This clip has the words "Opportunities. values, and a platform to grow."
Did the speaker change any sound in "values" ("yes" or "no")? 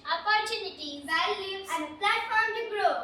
yes